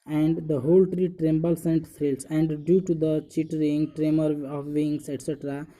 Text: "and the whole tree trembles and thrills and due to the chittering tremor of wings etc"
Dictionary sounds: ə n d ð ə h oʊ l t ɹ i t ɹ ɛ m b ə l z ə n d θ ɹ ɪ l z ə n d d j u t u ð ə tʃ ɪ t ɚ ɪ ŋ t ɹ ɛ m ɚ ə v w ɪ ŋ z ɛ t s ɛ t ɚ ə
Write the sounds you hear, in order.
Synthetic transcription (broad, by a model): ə n d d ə h oʊ l t ɹ i t ɹ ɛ m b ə l s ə n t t ɹ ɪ l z ə n d d j u t u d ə tʃ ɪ t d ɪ ŋ t ɹ ɛ m ɚ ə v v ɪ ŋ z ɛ t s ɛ t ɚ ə